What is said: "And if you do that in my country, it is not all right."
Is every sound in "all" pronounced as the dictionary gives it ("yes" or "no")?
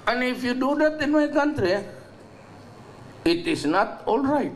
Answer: yes